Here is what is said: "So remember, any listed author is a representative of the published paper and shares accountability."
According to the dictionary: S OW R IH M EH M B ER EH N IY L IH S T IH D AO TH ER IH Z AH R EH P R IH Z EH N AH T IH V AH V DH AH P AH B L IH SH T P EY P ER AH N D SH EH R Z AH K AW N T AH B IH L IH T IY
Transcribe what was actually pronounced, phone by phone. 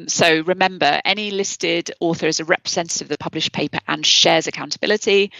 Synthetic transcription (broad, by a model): S OW R IH M EH M B ER EH N IY L IH S T IH D AO TH ER IH Z AH R EH P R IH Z EH N T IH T AH V DH AH P AH B L IH SH P EY P ER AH N SH EH Z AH K AW N T AH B IH L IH T IY